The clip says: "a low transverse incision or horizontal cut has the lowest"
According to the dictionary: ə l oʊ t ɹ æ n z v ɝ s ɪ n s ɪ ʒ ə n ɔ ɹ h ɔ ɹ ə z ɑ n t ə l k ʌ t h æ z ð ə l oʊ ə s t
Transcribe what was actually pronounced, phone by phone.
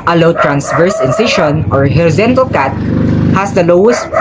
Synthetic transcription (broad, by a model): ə l oʊ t ɹ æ n s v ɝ s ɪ n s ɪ ʃ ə n ɔ ɹ h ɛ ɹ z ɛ n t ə l k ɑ t h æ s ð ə l oʊ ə s t